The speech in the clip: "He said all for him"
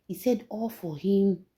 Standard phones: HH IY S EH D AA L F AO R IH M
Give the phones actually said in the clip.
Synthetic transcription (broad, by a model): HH IY S EH D AA L F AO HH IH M